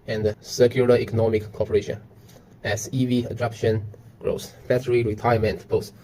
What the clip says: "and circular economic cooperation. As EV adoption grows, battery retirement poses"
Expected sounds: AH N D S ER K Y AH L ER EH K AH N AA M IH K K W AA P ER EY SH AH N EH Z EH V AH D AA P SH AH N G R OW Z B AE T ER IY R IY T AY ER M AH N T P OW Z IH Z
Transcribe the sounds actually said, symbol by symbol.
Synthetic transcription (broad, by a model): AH N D S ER K Y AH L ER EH K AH N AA M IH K K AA P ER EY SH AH N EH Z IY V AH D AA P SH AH N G R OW S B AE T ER IY R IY T AY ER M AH N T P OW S